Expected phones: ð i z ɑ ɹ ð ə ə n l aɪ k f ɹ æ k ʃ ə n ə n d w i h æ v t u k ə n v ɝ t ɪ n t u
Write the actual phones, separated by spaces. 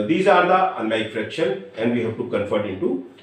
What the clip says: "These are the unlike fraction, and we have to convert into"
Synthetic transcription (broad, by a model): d i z ɑ ɹ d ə ə n l aɪ k f ɹ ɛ k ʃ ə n ə n d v i h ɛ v t u k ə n f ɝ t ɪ n t u